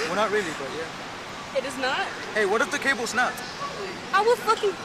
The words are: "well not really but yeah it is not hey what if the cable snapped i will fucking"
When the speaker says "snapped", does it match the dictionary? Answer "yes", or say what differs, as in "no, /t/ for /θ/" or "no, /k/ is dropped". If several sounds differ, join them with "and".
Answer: no, /p/ is dropped